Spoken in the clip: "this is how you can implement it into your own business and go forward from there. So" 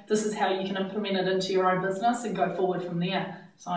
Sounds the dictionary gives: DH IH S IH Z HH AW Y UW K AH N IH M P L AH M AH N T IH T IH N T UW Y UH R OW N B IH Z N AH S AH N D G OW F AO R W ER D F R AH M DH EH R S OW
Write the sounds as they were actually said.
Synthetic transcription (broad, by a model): DH IH S IH Z HH AW Y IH K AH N IH M P L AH M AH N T IH T IH N T UW Y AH R OW N B IH Z N AH S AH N G OW F AO R W ER D F R AH M DH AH R S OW